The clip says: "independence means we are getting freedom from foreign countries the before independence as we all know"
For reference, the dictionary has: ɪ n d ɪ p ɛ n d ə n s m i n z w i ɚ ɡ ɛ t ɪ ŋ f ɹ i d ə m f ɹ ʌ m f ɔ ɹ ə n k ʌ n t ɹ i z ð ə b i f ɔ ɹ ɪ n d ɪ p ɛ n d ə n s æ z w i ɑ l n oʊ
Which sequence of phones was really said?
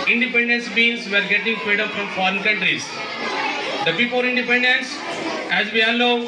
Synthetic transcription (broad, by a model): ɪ n d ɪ p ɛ n d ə n s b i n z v ɚ ɡ ɛ t ɪ ŋ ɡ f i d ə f ɹ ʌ m f ɔ ɹ ə n k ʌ n t ɹ i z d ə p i p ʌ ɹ ɪ n d ɪ p ɛ n d ə n s æ z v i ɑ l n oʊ